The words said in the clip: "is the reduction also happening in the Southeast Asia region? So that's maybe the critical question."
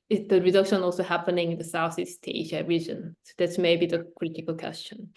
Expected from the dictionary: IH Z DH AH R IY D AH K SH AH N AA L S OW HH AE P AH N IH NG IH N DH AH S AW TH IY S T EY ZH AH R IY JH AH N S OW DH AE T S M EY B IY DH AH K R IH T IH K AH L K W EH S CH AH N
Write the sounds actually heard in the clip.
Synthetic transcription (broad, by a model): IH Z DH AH R IY D AH K SH AH N AA L S OW HH AE P AH N IH NG IH N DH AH S AW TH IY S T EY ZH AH R IY JH AH N S OW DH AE T S M EY B IY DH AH K R IH T IH K AH L K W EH S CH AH N